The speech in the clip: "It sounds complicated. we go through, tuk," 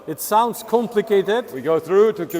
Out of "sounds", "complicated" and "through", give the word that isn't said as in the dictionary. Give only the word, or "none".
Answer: none